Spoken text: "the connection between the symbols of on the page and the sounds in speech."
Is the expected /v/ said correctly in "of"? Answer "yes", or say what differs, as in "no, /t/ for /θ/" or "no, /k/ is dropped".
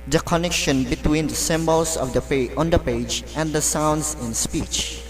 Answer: no, /p/ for /v/